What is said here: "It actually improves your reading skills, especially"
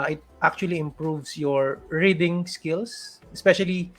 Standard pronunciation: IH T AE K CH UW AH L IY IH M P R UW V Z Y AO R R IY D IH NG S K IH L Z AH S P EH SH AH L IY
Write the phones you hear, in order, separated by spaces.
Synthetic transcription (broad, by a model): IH T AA K CH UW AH L IY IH M P R UW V S Y AO R R IY D IH NG S K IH L S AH S P EH SH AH L IY